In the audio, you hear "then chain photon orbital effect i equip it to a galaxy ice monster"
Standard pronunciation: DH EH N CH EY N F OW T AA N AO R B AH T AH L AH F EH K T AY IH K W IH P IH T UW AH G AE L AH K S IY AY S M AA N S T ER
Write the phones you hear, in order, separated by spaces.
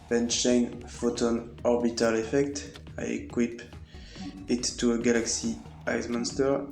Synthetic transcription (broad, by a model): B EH N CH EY N F OW T AA N AO R B AH T AH L AH F EH K T AY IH K W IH P IH T UW AH G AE L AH K S IY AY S M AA N S T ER